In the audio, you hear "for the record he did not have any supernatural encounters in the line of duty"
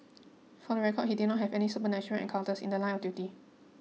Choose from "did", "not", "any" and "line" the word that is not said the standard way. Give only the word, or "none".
line